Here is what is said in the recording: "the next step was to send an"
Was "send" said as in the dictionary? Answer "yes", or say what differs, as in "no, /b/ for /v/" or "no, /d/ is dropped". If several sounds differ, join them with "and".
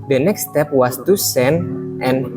no, /d/ is dropped